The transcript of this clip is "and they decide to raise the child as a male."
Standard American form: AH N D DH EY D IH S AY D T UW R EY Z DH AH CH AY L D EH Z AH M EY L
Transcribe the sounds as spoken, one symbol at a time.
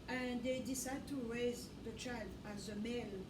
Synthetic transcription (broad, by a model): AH N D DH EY D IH S AY D T UW R EY Z DH AH CH AY L D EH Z AH M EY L